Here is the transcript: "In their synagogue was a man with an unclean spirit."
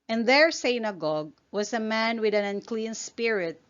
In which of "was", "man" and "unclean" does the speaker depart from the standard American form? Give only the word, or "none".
was